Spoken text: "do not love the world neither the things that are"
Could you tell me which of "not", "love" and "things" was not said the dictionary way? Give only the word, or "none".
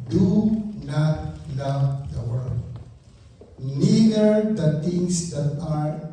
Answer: things